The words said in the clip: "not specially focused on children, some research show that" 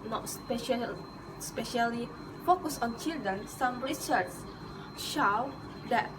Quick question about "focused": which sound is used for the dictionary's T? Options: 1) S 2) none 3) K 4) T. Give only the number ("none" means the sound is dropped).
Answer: 2